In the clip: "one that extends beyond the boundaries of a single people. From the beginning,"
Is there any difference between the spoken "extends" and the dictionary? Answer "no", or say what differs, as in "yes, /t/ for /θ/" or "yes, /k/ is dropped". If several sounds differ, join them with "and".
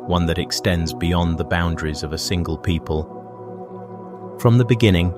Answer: no